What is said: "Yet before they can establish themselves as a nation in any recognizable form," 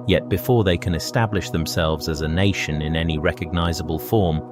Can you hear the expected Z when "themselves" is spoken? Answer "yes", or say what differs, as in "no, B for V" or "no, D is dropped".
yes